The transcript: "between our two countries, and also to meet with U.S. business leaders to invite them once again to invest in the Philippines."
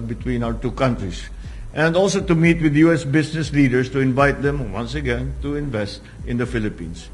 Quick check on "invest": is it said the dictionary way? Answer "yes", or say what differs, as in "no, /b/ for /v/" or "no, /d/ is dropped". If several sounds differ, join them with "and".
yes